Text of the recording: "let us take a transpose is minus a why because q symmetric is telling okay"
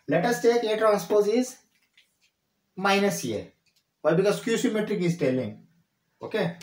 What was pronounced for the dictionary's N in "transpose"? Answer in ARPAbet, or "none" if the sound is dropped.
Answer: none